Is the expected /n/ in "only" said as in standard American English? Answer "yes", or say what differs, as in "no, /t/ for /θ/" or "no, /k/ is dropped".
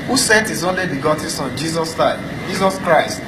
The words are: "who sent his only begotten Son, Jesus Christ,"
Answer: yes